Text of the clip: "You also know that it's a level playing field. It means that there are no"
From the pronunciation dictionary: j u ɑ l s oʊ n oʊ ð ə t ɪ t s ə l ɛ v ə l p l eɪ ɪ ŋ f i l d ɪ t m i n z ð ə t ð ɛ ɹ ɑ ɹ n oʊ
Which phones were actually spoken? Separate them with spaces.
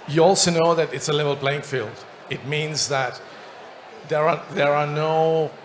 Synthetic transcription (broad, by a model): j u ɑ l s oʊ n oʊ ð ə t ɪ t s ə l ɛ v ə l b l eɪ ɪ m f i l d ɪ t m i n z ð ə t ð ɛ ɹ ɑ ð n oʊ